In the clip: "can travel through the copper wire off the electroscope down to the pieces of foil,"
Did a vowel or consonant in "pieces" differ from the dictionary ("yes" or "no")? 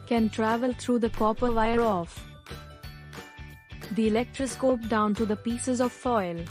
no